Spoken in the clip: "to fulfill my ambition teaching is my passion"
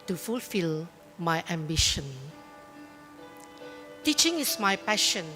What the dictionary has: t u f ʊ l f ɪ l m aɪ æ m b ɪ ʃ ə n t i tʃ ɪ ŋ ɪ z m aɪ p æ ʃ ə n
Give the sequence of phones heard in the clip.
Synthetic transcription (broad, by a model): t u f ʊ l f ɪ l m aɪ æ m b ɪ ʃ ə n t i tʃ ɪ ŋ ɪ s m aɪ p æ ʃ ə n